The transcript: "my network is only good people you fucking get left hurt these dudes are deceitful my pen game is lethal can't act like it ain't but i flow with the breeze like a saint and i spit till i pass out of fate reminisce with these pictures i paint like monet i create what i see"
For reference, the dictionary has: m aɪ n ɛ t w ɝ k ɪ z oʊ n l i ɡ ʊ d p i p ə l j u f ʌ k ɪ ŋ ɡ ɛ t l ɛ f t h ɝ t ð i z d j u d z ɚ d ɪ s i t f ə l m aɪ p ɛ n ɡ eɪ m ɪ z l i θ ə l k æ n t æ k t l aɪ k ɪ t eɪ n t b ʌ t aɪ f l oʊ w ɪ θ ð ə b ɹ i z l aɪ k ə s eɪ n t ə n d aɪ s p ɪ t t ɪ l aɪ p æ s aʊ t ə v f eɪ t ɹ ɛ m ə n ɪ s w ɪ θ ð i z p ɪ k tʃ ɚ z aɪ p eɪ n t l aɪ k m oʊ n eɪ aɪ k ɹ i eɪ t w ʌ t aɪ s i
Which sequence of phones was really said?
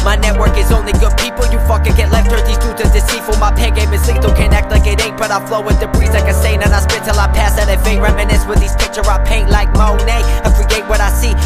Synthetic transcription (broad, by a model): m aɪ n ɛ t w ɝ k ɪ z oʊ n l i ɡ ʊ d p i p l j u f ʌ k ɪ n ɡ ɛ t l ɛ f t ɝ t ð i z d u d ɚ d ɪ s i f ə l m aɪ p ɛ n ɡ eɪ m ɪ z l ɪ t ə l k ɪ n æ k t l aɪ k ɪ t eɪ t b ʌ t aɪ f l oʊ w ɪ ð ə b ɹ i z l aɪ k ə s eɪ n ə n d aɪ s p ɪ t t ɪ l aɪ p æ s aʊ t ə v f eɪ ɹ ɛ m ə n ɪ s w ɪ ð i z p ɪ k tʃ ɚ aɪ p eɪ n t l aɪ k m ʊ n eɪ aɪ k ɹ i eɪ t w ʌ t aɪ s i